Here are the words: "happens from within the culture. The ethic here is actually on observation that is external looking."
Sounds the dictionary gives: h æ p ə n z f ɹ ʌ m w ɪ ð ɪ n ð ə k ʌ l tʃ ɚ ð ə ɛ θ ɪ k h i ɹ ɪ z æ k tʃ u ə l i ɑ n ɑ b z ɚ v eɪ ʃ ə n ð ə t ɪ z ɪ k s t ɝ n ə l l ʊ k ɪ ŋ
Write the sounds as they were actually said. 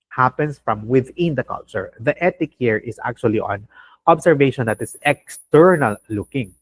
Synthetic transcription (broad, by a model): h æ p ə n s f ɹ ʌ m w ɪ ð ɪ n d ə k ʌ l tʃ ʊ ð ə ɛ t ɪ k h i ɹ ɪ s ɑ k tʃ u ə l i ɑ n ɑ b s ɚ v eɪ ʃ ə n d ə t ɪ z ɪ k s t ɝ n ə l l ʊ k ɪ ŋ